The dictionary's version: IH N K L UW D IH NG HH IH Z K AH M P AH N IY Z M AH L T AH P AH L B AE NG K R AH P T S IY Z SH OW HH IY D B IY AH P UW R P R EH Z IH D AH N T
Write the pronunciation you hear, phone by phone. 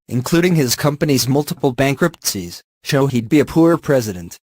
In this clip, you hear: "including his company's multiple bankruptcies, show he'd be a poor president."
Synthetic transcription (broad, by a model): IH N K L UW D IH NG IH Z K AH M P AH N IY Z M AH L T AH P L B AE NG K R AH P T S IY Z SH OW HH IY D B IY AH P UW R P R EH Z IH D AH N T